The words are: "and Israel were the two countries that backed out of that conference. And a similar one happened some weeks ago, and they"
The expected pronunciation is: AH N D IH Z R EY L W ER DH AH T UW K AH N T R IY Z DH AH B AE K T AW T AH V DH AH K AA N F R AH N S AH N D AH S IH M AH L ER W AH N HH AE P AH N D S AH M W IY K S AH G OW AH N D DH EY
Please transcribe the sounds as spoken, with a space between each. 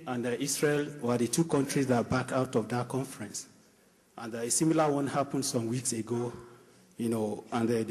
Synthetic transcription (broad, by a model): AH N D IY S R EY L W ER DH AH T UW K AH N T R IY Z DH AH B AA K AW T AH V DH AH K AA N F R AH N S AH N D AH S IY M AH L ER W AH N HH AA P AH N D S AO M W IY K S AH G OW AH N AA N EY